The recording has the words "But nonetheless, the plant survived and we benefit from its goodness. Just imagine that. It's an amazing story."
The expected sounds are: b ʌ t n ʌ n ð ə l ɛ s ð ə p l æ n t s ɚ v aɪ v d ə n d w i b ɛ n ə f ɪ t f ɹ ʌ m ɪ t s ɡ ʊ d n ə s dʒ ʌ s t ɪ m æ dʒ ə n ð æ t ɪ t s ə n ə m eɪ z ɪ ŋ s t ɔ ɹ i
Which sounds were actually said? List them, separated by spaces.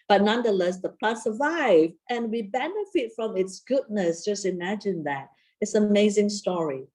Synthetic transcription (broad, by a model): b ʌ t n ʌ n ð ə l ɛ s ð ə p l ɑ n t s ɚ v aɪ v ə n w i b ɛ n ə f ɪ t f ɹ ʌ m ɪ t s ɡ ʊ d n ə s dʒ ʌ s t ɪ m æ dʒ ə n ð æ t ɪ t s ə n ə m eɪ z ɪ ŋ s t ɔ ɹ i